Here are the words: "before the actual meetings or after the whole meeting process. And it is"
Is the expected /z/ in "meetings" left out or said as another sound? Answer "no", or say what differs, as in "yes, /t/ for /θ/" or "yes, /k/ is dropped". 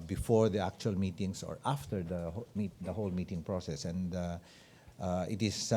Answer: yes, /s/ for /z/